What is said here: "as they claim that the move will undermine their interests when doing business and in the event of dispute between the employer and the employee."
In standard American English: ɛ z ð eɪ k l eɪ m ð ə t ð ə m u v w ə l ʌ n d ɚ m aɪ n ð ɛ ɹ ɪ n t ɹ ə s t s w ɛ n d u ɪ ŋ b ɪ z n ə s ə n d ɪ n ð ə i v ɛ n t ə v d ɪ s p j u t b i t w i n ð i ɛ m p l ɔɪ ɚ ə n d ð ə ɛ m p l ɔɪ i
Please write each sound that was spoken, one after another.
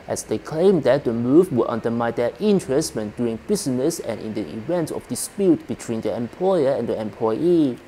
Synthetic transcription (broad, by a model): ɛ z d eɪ k l eɪ m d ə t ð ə m u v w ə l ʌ n d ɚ m aɪ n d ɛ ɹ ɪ n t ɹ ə s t w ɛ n d u ɪ ŋ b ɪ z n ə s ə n ɪ n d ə i v ɛ n t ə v d ɪ s p j u t b i t w i n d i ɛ m p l ɔɪ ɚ ə n d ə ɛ m p l ɔɪ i